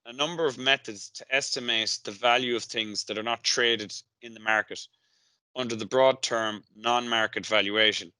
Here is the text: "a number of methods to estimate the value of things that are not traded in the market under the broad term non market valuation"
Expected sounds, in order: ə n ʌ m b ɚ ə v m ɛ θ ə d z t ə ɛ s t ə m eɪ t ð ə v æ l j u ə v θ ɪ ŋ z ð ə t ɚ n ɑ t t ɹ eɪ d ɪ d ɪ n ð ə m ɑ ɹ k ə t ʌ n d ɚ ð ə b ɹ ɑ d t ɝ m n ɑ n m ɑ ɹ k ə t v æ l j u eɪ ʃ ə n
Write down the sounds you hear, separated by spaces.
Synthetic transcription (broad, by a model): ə n ʌ m b ɚ ə v m ɛ θ ə d z t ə ɛ s t ə m eɪ t ð ə v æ l j u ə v θ ɪ ŋ z ð ə t ɚ n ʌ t t ɹ eɪ d ɪ d ɪ n ð ə m ɑ ɹ k ə t ʌ n d ɚ ð ə b ɹ ɑ d t ɝ m n ɑ n m ɑ ɹ k ə t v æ l j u eɪ ʃ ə n